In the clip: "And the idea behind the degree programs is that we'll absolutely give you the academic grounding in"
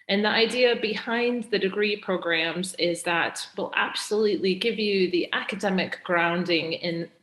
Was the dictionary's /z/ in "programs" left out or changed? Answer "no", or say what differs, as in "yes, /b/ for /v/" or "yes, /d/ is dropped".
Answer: no